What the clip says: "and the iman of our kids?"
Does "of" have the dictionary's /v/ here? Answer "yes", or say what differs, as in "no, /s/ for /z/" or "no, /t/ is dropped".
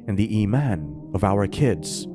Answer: yes